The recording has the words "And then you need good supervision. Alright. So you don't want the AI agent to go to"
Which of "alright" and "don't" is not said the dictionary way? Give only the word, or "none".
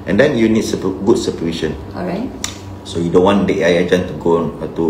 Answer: alright